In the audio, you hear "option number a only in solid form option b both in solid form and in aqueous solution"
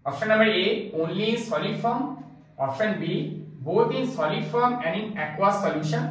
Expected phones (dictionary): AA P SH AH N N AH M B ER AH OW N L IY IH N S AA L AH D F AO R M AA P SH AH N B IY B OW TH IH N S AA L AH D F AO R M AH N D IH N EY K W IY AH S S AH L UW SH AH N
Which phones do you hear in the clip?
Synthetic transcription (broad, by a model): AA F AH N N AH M ER AH OW N L IY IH N S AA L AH F AO R M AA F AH N B IY B OW T IH N S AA L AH F AO R M AH N D IH N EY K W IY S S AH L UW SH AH N